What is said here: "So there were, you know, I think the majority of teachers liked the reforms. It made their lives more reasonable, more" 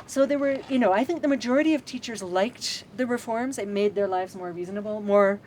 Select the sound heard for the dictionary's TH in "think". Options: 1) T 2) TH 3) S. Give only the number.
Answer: 2